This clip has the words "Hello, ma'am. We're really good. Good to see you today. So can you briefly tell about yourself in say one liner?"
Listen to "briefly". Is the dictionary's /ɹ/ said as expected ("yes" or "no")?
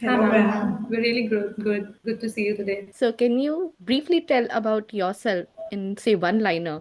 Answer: yes